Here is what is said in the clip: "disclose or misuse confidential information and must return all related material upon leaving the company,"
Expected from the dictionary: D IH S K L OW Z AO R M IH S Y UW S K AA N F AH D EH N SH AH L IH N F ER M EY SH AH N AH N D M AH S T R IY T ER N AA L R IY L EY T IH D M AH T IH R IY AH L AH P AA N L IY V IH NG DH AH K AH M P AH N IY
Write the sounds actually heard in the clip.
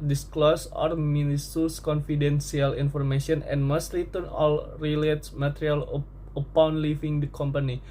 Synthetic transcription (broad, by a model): D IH S K L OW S AO R M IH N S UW S K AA N F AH D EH N S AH L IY N F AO M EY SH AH N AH N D M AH S T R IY T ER N AA L R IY L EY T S M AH T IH R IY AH L AH P AA N L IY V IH NG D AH K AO M P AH N IY